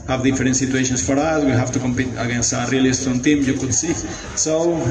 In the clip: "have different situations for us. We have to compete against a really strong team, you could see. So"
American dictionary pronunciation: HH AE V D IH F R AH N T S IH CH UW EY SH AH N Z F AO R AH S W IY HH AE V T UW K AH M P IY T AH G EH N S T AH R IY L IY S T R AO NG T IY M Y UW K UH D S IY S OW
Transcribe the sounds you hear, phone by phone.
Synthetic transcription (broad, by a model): HH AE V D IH F R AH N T S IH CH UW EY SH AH N S F AO R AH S W IY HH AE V T UW K AH M P IY T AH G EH N S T AH R IY L IY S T AO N T IY M Y UW K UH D S IY S OW